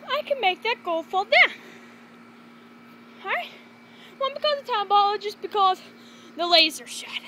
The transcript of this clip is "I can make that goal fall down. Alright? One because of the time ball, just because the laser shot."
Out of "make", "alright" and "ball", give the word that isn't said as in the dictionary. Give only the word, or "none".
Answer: alright